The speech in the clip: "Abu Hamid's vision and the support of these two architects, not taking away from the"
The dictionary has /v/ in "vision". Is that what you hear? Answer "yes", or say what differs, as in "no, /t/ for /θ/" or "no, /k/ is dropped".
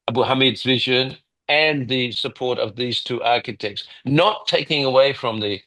yes